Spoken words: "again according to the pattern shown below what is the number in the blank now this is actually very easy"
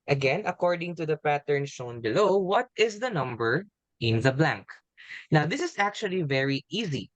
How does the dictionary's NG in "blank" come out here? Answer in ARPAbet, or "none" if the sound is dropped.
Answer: NG